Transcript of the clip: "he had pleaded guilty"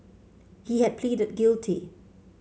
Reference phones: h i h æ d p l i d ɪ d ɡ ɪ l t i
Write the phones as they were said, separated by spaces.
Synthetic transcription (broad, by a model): h i h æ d p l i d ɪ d ɡ ɪ l t i